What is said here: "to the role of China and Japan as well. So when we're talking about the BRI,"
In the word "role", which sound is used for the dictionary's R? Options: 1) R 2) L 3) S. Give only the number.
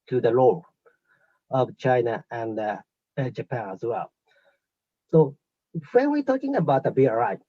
2